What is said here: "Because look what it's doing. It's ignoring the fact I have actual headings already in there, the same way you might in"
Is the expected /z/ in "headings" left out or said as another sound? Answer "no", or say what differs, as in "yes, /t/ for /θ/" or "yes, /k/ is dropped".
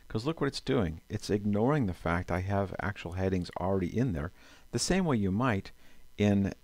no